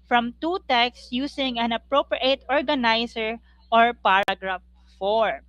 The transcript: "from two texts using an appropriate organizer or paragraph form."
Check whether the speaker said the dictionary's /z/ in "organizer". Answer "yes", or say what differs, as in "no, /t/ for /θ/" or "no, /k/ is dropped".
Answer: no, /s/ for /z/